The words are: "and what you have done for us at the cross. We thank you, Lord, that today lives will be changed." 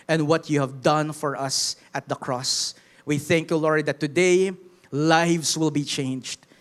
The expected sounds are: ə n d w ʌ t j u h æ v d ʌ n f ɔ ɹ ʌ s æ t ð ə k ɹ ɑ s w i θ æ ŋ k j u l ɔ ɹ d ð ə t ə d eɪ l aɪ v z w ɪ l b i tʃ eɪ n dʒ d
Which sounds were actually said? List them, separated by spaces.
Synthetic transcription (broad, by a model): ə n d w ʌ t j u h æ v d ʌ n f ɔ ɹ ʌ s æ t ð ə k ɹ ɑ s w i θ æ ŋ k j u l ɔ ɹ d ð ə t ə d eɪ l aɪ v s w ɪ l b i tʃ eɪ n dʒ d